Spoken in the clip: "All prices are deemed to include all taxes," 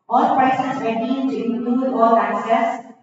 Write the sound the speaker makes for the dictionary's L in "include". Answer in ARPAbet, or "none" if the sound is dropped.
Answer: none